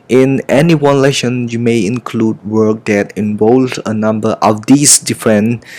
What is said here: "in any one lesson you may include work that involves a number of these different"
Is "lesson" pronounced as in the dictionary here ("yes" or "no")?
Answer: no